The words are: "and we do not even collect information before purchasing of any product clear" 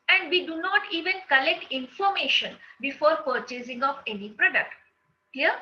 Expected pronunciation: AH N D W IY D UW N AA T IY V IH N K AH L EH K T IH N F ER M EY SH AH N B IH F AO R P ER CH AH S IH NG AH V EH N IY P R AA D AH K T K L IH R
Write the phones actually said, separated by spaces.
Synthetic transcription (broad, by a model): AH N D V IY D UW N AA T IY V IH N K AH L EH K T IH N F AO M EY SH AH N B IH F AO R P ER CH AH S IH NG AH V EH N IY P R AA D AH K T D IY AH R